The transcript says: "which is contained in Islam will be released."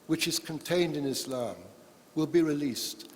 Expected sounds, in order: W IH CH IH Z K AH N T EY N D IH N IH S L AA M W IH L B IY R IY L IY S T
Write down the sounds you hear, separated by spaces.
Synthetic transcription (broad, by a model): W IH CH IH Z K AH N T EY N D IH N IH S L AA M W IH L B IY R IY L IY S T